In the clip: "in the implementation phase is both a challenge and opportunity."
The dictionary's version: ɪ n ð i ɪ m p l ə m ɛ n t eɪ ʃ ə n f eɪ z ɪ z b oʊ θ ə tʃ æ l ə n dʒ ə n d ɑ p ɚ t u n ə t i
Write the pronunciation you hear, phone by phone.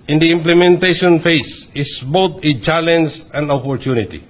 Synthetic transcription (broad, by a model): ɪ n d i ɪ m p l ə m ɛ n t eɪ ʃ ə n f eɪ s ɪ s b oʊ t ə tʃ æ l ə n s ə n d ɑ p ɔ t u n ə t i